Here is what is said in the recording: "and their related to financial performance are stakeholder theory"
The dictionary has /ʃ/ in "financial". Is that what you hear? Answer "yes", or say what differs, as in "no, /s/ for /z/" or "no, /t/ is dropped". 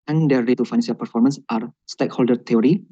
no, /s/ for /ʃ/